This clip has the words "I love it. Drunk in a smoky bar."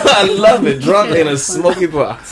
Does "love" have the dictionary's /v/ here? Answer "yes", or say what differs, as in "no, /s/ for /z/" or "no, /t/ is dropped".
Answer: yes